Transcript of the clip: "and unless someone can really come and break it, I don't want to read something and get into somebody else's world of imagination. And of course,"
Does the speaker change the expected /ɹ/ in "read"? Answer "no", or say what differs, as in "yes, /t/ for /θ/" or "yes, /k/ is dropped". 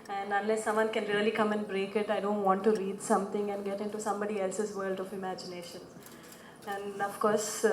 no